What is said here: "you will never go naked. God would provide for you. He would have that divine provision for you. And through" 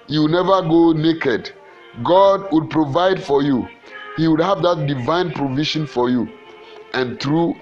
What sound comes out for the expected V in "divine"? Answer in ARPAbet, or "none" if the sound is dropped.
V